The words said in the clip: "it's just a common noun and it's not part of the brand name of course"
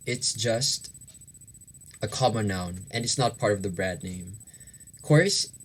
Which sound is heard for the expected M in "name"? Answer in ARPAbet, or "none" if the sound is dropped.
none